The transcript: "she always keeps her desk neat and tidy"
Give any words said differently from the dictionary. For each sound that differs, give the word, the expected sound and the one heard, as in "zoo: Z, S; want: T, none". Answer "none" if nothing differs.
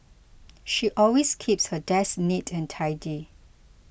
always: Z, S